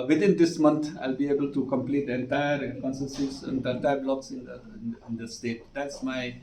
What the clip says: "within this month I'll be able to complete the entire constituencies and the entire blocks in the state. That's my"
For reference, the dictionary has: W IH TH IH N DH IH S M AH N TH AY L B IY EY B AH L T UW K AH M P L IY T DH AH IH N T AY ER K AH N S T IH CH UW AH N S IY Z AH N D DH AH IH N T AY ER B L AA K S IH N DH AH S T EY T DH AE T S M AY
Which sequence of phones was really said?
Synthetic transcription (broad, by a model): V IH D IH N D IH S M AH N T AY L B IY EY B AH L T UW K AH M P L IY T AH N T AY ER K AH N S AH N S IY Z AH N D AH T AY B L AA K S IH N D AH S T EY T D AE T S M AY